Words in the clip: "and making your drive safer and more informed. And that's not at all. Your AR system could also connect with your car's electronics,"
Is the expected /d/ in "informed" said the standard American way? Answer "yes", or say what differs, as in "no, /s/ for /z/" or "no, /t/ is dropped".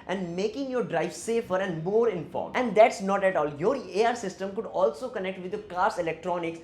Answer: no, /d/ is dropped